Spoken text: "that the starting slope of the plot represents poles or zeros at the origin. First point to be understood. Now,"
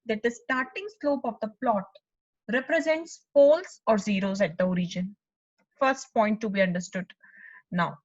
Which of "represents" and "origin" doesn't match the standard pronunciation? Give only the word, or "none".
none